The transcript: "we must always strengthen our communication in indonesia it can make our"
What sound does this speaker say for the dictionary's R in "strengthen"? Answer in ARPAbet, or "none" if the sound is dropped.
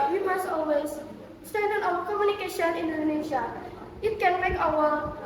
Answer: none